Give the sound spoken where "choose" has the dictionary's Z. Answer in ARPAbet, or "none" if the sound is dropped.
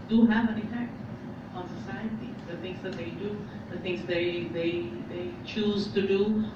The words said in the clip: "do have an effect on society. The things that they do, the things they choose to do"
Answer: Z